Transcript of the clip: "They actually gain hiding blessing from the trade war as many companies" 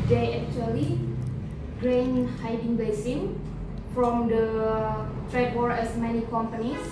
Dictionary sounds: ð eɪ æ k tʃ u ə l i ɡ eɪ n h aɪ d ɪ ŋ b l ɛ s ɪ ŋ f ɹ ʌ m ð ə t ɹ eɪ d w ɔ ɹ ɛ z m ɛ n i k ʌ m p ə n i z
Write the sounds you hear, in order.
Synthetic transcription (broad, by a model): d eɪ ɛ k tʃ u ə l i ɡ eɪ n h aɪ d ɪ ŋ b ɛ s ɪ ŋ f ɹ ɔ m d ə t ɹ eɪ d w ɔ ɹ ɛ s m ɛ n i k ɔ m p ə n i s